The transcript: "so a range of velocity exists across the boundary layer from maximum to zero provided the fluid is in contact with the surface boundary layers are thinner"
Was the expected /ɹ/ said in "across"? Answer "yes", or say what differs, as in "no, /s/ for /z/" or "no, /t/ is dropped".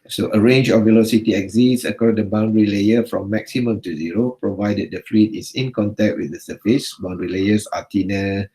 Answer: no, /ɹ/ is dropped